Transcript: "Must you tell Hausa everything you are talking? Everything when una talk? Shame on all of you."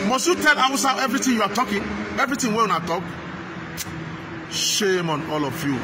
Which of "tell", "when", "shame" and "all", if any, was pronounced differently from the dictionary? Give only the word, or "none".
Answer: when